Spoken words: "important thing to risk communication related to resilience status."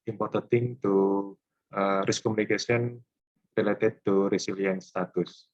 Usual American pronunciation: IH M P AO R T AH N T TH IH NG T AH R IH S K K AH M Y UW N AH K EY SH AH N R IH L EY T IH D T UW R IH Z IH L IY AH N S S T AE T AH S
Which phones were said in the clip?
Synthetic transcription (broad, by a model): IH M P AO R T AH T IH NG T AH R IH S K K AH M UW N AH K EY S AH N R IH L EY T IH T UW R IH S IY L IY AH N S S T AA T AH S